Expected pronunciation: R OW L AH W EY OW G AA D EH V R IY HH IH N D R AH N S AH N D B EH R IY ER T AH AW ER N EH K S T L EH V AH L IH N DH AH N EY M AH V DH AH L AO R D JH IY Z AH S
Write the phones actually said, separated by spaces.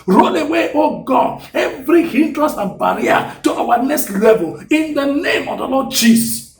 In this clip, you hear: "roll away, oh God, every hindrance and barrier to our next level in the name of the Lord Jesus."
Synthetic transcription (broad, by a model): R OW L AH W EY OW G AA EH V R IY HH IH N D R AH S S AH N B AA R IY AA T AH AW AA N EH K S T L EH V AH L IH N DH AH N EY M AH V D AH L AO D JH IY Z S